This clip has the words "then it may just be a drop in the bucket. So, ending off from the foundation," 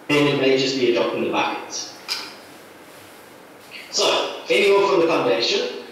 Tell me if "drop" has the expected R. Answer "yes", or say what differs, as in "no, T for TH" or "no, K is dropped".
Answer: no, R is dropped